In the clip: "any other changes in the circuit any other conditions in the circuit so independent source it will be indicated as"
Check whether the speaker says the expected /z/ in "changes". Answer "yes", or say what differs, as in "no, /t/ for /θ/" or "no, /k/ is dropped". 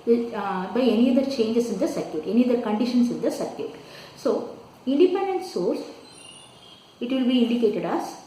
no, /s/ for /z/